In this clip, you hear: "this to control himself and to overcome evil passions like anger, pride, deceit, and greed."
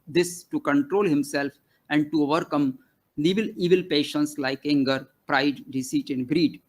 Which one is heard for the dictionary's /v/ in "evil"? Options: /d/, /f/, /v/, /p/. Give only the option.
/v/